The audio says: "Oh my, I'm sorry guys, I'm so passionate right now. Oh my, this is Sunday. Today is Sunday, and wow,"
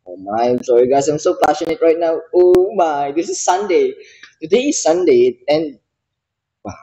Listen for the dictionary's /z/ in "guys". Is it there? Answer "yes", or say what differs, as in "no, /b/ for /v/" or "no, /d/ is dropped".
no, /s/ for /z/